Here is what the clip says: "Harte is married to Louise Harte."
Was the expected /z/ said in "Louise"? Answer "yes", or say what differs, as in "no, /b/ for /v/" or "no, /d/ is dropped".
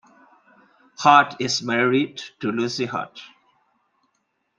no, /z/ is dropped